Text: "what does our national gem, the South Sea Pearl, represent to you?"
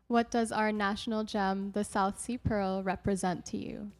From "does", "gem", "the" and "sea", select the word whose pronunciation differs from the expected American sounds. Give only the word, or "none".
none